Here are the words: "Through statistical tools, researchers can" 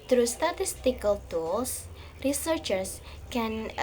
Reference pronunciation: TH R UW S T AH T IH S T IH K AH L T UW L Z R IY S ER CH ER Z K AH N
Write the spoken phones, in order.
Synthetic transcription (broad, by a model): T R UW S T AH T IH S T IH K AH L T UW L S R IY S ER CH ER S K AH N